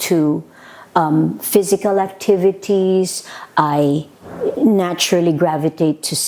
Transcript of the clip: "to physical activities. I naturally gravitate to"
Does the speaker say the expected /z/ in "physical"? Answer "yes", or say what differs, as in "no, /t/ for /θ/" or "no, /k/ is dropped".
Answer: yes